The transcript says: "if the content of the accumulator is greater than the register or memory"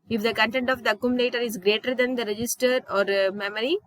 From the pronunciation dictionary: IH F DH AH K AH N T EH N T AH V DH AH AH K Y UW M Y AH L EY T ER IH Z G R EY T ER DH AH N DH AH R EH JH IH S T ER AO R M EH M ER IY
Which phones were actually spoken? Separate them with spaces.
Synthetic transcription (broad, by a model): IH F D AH K AH N T EH N T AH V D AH AH K Y UW M Y AH L EY T ER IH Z G R EY T ER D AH N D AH R EH JH IH S T ER AO R M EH M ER IY